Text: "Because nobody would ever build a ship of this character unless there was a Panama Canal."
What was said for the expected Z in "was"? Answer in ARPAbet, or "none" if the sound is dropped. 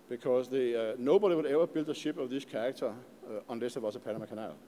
S